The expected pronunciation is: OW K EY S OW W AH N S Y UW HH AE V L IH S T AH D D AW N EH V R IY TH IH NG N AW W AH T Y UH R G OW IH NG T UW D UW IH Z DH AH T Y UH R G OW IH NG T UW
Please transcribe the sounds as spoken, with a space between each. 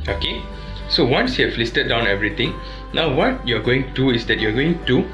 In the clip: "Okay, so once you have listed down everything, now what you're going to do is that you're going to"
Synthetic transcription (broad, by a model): OW K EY S OW W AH N S Y UW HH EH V L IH S T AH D D AW N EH V R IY T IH NG N AW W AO T Y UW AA G OW IH NG T UW D UW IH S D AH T Y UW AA G OW IH NG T UW